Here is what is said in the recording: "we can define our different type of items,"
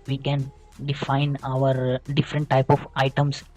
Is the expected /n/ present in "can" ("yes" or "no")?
yes